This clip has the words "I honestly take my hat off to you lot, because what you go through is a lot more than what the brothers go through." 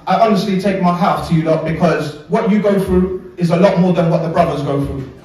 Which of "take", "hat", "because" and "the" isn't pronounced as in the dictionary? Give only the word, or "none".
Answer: hat